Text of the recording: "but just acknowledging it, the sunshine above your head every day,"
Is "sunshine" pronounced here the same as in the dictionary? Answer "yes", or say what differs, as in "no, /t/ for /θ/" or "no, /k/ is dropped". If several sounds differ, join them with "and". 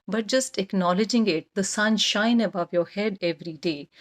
yes